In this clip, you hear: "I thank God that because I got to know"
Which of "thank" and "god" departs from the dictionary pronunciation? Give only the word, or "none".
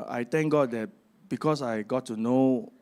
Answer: thank